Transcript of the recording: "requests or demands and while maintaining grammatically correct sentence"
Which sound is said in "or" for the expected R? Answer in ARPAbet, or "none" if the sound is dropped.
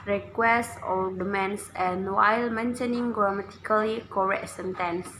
L